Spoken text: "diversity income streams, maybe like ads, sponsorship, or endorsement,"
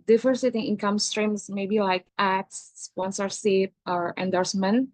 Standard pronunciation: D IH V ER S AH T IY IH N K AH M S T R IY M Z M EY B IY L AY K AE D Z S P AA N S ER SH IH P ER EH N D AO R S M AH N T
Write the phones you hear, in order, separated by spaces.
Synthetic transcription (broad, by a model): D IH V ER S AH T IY IH N K AH M S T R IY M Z M EY B IY L AY K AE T S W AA N S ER S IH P ER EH N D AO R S M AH N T